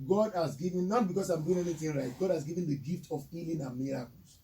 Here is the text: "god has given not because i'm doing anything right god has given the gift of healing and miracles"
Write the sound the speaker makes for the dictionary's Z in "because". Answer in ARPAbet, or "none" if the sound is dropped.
S